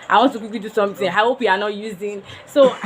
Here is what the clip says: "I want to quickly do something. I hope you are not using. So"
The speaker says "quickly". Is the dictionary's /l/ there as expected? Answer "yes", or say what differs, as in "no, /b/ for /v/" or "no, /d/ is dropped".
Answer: no, /l/ is dropped